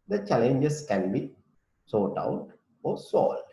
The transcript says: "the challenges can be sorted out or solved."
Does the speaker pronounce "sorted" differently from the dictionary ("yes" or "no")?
yes